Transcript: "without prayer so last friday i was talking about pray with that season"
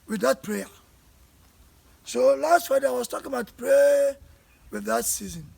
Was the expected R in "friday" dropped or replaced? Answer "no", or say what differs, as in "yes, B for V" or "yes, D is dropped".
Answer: yes, R is dropped